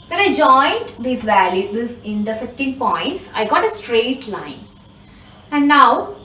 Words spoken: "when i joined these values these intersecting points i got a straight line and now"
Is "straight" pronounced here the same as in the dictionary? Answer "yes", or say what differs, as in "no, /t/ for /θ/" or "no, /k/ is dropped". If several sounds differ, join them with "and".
yes